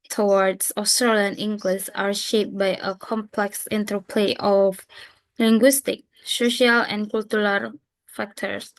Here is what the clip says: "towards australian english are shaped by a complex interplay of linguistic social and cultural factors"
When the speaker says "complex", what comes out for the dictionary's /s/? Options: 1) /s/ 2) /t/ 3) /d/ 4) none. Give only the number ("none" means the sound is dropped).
1